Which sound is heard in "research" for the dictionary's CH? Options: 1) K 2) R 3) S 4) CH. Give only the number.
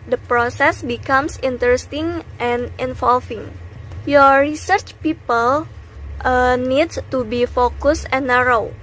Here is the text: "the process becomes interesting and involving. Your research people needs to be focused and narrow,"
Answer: 4